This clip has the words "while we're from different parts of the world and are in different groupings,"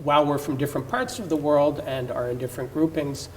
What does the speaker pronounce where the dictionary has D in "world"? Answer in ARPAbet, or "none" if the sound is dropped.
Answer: D